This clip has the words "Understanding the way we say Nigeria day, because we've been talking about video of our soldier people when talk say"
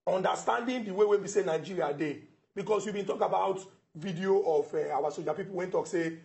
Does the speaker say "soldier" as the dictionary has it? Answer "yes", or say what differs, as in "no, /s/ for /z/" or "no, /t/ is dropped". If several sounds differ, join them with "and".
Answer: no, /l/ is dropped